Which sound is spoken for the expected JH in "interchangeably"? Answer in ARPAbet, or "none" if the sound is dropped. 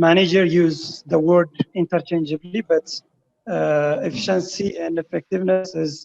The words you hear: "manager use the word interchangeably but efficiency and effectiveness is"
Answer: JH